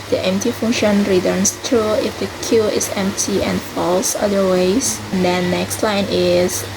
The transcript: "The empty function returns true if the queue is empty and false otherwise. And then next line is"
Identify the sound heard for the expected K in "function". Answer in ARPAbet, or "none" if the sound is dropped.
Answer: none